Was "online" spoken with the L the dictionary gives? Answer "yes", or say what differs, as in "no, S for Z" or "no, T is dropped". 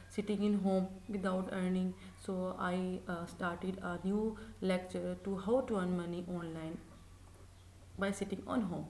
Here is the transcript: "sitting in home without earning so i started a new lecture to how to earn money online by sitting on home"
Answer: yes